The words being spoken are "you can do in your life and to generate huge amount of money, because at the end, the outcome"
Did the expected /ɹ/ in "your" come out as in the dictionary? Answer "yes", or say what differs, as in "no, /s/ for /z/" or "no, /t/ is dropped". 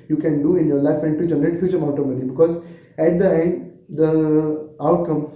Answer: yes